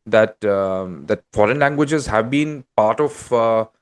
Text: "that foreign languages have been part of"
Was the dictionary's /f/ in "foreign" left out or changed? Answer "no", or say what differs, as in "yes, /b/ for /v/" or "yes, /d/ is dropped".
no